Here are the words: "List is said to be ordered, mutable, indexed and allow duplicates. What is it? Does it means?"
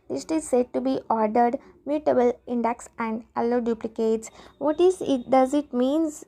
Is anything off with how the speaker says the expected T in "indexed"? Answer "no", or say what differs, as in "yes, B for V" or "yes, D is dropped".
yes, T is dropped